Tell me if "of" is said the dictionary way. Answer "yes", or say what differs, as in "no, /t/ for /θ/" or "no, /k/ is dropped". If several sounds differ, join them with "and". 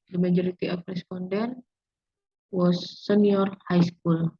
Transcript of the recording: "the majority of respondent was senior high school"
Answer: no, /p/ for /v/